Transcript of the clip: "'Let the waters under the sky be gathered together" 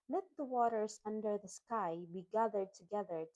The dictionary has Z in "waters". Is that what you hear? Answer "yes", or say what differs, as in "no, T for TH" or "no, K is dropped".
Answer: no, S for Z